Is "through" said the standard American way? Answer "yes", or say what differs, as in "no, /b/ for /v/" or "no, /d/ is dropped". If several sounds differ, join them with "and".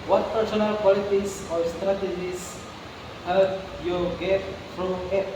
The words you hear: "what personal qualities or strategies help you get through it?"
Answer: no, /t/ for /θ/